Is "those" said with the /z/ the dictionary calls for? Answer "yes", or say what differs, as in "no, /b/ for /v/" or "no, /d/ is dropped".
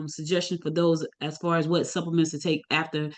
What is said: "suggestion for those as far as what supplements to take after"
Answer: yes